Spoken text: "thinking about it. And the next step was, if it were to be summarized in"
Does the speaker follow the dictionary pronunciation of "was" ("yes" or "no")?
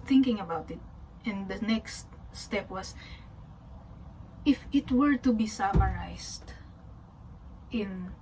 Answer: no